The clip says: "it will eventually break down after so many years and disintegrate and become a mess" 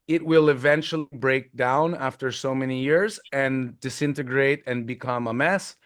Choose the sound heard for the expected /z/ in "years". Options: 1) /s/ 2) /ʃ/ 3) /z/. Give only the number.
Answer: 3